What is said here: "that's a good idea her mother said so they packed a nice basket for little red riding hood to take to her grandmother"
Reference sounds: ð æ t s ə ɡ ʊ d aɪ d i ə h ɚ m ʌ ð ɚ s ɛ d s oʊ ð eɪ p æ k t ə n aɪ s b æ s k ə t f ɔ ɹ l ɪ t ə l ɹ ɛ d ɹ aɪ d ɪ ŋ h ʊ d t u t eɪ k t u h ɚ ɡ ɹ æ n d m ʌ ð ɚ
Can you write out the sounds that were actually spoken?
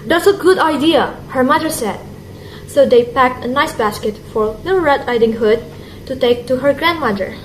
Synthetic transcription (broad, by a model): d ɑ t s ə ɡ ʊ d aɪ d i ə h ɚ m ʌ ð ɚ s ɛ d s oʊ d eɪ p æ k t ə n aɪ s b æ s k ə t f ɔ ɹ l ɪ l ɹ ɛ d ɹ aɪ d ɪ ŋ h ʊ d t u t eɪ k t u h ɚ ɡ ɹ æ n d m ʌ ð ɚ